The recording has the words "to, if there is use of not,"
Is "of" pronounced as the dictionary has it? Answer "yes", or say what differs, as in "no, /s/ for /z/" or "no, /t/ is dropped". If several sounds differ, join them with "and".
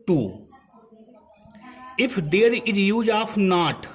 no, /p/ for /v/